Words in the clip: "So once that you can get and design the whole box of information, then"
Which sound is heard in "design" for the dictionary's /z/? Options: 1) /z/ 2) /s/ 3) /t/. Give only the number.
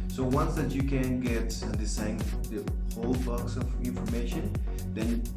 2